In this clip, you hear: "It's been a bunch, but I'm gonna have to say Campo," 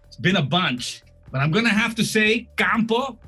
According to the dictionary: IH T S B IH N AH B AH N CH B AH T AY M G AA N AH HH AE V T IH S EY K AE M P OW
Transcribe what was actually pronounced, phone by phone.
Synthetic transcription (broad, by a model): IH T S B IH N AH B AH N CH B AH T AY M G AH N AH HH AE F T IH S EY K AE M P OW